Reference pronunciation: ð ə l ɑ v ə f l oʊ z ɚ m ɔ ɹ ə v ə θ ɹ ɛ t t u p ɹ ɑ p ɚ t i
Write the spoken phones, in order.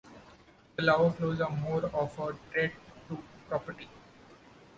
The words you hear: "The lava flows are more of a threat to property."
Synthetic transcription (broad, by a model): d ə l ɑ ə f l oʊ z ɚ m ɔ ɹ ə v ə t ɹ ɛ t t u p ɹ ɑ p ɚ t i